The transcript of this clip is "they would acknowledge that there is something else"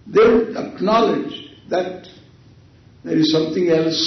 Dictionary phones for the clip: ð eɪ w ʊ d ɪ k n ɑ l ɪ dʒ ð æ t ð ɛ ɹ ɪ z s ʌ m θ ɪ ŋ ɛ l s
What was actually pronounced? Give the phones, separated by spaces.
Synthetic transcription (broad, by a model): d eɪ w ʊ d ɪ k n ɑ l ɪ dʒ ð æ t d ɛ ɹ ɪ z s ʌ m t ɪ ŋ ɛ l s